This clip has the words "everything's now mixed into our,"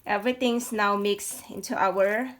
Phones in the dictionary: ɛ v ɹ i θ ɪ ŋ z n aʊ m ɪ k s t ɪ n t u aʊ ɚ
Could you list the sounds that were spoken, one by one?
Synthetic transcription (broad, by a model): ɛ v ɹ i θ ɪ ŋ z n aʊ m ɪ k s ɪ n t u aʊ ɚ